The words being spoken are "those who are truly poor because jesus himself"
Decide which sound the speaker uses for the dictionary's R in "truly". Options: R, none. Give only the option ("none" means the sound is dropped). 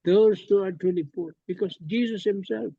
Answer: none